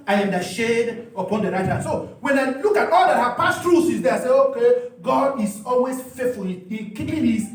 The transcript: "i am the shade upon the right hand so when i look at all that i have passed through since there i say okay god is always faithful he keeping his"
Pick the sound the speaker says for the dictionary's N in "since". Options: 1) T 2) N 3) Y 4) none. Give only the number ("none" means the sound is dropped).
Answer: 4